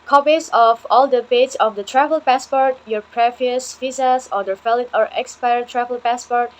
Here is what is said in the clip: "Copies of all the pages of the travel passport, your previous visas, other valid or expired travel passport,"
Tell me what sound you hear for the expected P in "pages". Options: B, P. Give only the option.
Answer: B